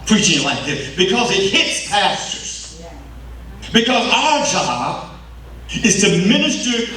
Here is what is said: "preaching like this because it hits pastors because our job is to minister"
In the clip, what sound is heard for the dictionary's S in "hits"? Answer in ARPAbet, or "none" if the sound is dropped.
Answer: S